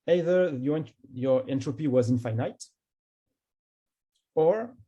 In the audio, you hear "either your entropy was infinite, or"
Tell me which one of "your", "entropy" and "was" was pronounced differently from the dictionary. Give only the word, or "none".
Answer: none